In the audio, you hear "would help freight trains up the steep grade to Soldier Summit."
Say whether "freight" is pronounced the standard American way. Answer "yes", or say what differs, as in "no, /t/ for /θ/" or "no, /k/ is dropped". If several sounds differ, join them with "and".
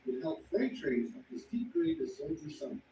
no, /l/ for /ɹ/